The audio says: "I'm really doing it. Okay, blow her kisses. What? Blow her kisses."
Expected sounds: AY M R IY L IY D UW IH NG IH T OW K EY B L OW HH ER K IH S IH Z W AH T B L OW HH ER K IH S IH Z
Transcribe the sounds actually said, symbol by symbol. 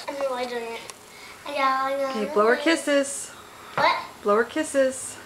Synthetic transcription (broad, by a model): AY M W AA IY D UW IH NG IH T OW K EY B L OW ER K IH S IH Z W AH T B L OW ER K IH S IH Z